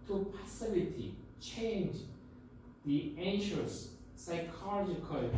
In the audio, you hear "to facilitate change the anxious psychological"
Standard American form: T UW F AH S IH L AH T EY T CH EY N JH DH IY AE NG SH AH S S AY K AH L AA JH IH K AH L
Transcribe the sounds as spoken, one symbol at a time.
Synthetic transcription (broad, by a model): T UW P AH S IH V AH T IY CH EY N JH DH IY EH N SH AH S S AY K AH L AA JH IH K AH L